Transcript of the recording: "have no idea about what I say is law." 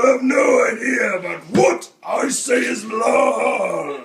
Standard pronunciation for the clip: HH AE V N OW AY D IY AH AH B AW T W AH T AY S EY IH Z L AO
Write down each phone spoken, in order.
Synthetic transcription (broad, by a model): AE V N OW AY D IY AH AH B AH T W AH T AY S EY IH Z L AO